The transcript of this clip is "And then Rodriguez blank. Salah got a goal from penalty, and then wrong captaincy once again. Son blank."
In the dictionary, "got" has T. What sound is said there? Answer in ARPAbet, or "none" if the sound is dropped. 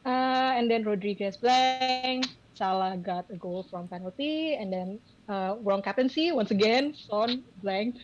T